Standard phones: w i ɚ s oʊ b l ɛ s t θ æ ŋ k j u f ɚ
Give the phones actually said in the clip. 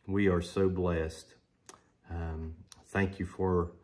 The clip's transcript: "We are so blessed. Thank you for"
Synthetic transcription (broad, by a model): w i ɚ s oʊ b l ɛ s t θ æ ŋ k j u f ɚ